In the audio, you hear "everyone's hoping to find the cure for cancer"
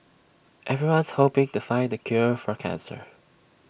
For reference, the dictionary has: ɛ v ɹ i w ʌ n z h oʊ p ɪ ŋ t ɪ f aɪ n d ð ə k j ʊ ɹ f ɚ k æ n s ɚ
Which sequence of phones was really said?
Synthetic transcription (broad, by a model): ɛ v ɹ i w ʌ n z h oʊ p ɪ ŋ t ɪ f aɪ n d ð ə k j ʊ ɹ f ɚ k æ n s ɚ